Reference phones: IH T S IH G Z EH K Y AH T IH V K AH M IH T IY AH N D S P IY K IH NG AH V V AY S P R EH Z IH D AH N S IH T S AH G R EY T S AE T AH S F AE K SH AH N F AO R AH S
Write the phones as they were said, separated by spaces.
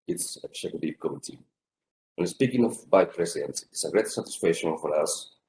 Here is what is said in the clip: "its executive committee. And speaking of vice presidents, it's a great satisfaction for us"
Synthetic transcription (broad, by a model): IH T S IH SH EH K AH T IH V K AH M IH T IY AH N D S P IY K IH NG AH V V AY P R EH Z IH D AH N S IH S AH G R EY T S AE T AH S F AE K SH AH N F AO R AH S